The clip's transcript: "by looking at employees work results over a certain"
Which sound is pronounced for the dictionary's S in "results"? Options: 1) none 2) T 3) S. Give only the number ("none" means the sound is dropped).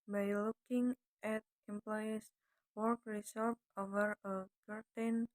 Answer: 1